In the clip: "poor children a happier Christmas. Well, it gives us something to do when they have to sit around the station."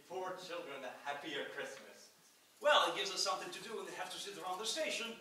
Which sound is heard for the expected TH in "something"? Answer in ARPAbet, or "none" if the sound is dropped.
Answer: TH